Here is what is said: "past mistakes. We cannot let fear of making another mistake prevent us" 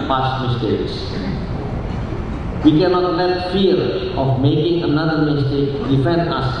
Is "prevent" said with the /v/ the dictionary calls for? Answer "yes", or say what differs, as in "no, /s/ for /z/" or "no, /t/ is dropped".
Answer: no, /f/ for /v/